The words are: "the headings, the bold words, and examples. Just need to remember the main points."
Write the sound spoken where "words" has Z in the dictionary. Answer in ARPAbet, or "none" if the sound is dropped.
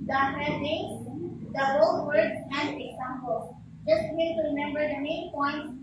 none